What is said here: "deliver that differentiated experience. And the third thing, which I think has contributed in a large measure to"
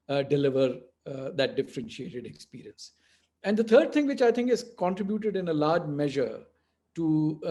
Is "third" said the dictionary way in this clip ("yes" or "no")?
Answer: no